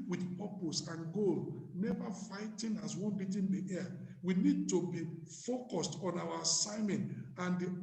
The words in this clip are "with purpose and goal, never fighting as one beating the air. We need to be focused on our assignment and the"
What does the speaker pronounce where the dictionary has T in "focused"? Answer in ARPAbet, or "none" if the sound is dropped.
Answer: T